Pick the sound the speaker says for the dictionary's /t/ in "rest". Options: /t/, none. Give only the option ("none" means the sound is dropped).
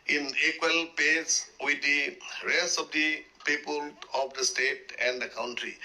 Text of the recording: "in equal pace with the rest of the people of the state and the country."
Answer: none